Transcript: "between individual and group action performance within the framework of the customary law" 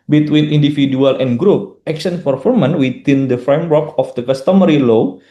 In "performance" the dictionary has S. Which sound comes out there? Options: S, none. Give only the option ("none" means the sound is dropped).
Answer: none